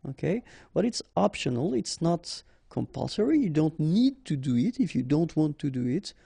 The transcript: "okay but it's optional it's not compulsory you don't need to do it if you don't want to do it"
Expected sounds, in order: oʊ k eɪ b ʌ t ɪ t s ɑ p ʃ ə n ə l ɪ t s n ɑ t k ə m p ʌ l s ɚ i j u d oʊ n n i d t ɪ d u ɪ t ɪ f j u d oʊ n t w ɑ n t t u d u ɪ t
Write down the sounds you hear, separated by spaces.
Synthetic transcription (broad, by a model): oʊ k eɪ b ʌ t ɪ t s ɑ p ʃ ə n ə l ɪ t s n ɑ t k ə m p ʌ l s ɚ i j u d oʊ n n i d t ɪ d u ɪ t ɪ f j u d oʊ n t w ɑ n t t u d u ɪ t